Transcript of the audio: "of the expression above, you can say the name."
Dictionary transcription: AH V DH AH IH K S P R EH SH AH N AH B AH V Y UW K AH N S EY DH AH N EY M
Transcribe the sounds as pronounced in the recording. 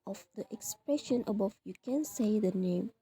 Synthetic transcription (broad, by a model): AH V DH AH IH K S P R EH SH AH N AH B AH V Y UW K AH N S EY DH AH N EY M